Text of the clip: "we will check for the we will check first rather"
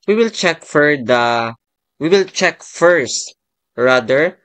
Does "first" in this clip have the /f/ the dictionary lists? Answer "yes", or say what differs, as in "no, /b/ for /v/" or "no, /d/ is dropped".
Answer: yes